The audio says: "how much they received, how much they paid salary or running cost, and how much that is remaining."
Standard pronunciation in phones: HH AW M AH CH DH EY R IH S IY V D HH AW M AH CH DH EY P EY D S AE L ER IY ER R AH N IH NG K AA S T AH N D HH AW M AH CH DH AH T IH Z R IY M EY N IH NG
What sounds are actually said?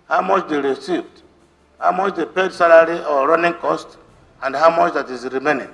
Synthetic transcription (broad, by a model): HH AW M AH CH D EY R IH S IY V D HH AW M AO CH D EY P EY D S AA L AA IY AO R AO N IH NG K AA S T AH N D HH AW M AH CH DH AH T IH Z R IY M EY N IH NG